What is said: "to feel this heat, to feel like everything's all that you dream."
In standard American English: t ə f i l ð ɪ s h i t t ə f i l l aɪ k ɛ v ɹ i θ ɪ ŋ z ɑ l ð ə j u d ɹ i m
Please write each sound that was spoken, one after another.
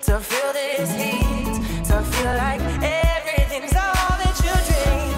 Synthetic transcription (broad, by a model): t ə f i l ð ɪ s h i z t ə f i l l aɪ k ɛ v ɹ i θ ɪ ŋ z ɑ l ð ə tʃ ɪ d ɹ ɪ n